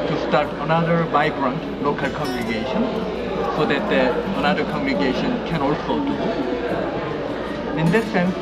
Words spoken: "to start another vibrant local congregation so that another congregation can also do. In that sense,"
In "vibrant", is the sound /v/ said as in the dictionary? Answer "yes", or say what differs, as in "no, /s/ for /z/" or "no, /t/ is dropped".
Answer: no, /b/ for /v/